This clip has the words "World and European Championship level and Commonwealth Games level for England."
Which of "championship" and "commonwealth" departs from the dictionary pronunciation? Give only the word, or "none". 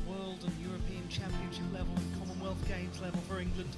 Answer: none